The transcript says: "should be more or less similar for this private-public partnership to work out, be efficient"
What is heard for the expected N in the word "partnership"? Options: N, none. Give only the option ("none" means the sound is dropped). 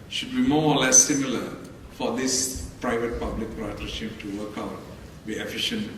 none